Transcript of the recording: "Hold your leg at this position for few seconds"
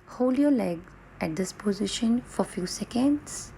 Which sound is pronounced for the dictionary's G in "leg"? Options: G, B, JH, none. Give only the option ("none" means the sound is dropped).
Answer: G